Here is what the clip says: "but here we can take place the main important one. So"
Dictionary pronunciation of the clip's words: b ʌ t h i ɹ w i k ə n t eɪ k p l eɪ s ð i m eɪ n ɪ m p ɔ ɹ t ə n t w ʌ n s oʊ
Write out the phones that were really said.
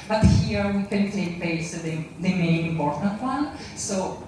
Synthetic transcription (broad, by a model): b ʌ t h i ɹ w i k ə n t eɪ k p eɪ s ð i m eɪ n ɪ m p ɔ ɹ t ə n t w ʌ n s oʊ